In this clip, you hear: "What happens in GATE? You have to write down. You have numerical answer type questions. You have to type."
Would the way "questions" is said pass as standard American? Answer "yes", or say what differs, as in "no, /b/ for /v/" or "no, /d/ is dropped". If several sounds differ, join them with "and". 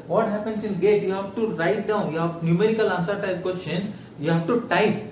no, /s/ is dropped